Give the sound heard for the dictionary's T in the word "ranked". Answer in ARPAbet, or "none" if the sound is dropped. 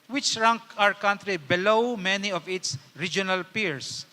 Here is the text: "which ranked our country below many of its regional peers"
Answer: none